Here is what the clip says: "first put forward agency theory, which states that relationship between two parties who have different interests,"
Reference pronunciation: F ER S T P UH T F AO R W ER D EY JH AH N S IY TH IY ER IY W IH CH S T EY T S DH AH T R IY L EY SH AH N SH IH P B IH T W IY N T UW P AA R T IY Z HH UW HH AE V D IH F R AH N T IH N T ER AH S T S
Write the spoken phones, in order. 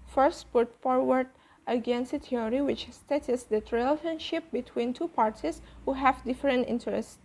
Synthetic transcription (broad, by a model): F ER S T P UH T F AO R W ER D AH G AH N S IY T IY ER IY W IH CH S T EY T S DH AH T R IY L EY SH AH N SH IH P B IH T W IY N T UW P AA R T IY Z HH UW HH AE V D IH F R AH N T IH N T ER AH S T